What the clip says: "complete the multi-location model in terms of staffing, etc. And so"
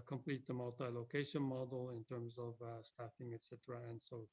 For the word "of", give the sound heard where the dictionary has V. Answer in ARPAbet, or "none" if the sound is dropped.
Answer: V